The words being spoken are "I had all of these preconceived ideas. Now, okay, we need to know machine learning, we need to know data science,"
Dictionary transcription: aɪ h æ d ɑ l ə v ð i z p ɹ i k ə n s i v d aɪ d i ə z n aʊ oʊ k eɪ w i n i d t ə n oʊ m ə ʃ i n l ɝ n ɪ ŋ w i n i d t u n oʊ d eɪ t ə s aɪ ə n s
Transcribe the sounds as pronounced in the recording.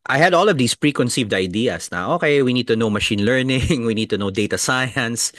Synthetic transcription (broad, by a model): aɪ h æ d ɑ l ə v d i s p ɹ i k ə n s i v d aɪ d i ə s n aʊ oʊ k eɪ w i n i d t ə n oʊ m ə ʃ i n l ɝ n ɪ ŋ w i n i d t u n oʊ d eɪ t ə s aɪ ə n s